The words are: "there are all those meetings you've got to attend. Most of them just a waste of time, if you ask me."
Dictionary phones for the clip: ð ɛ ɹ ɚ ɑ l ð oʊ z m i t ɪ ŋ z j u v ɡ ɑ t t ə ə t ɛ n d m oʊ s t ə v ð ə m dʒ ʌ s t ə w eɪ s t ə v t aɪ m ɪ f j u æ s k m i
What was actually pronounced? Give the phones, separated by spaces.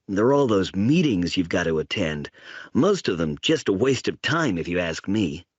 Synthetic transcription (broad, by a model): ð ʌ ɹ ɑ l ð oʊ z m i t ɪ ŋ z j u v ɡ ɑ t t ə ə t ɛ n d m oʊ s t ə v ð ə m dʒ ʌ s t ə w eɪ s t ə v t aɪ m ɪ f j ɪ æ s k m i